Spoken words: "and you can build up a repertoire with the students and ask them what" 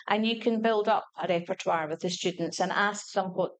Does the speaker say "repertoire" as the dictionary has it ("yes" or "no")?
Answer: yes